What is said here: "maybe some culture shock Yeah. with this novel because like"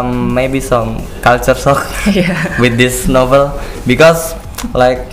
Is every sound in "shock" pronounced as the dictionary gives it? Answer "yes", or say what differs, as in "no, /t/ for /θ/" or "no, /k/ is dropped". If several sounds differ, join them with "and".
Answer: no, /s/ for /ʃ/